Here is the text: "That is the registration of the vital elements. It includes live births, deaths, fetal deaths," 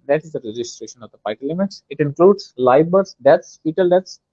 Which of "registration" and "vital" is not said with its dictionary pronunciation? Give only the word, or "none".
vital